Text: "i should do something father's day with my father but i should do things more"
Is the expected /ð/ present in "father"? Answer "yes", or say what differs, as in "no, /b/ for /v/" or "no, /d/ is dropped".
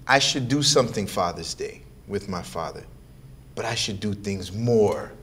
yes